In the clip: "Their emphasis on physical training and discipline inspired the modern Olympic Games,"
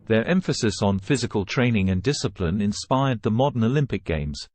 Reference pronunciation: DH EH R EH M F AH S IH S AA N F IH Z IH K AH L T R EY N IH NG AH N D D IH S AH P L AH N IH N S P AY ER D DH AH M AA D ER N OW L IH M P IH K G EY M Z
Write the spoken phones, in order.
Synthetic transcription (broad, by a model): DH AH R EH M F AH S IH S N F IH Z IH K AH L T R EY N IH NG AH N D D IH S AH P L AH N IH N S P AY ER D DH AH M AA D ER N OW L IH M P IH K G EY M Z